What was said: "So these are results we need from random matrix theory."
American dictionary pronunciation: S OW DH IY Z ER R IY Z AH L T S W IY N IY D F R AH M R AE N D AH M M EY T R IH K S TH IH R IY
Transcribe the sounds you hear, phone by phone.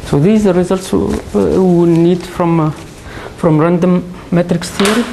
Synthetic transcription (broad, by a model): S OW DH IY Z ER R IY Z AH L T S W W N IY D F R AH M R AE N D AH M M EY T R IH K S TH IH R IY